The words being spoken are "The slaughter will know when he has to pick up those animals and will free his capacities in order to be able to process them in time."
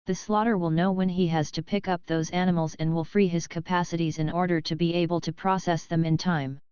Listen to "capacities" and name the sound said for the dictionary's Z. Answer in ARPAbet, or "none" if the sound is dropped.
Z